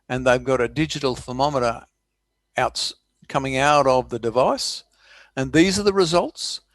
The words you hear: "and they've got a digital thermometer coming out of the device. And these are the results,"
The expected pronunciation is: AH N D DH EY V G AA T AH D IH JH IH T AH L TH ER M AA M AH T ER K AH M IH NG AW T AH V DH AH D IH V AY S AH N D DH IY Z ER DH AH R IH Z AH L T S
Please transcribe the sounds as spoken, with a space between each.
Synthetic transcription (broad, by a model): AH N DH EY V G AA T AH D IH JH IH T L F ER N AA M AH T ER K AH M IH NG AW T AH V DH AH D IH V AY S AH N DH IY Z ER DH AH R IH Z AH L T S